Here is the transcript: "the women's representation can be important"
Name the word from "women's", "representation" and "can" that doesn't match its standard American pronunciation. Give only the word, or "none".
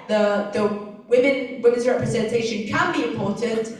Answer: none